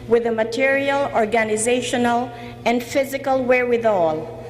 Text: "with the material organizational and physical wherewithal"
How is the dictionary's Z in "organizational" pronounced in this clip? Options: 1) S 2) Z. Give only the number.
2